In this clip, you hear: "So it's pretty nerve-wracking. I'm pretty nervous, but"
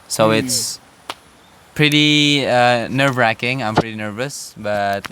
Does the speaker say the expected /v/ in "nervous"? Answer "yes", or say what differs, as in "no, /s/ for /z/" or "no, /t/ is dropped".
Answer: yes